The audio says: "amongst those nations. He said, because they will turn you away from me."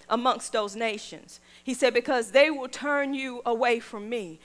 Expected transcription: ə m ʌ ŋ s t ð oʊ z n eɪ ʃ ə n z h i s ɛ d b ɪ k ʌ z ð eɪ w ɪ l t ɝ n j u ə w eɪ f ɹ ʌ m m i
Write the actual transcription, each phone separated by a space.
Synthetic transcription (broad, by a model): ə m ʌ ŋ s t ð oʊ z n eɪ ʃ ə n z h i s ɛ d b ɪ k ʌ z ð eɪ w ɪ l t ɝ n j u ə w eɪ f ɹ ʌ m m i